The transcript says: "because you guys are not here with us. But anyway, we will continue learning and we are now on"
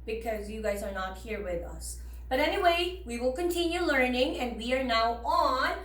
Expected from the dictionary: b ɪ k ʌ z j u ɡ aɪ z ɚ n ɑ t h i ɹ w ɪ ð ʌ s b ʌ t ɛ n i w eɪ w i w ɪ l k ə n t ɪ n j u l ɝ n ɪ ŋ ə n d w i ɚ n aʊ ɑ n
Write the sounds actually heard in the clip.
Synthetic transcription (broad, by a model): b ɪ k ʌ z j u ɡ aɪ z ɚ n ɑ t h i ɹ w ɪ ð ʌ s b ʌ t ɛ n i w eɪ w i w ɪ l k ə n t ɪ n j u l ɝ n ɪ ŋ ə n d w i ɚ n aʊ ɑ n